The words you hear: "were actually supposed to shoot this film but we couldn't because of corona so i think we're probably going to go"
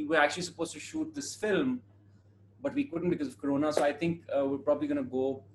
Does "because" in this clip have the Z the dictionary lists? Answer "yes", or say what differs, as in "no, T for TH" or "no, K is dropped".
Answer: yes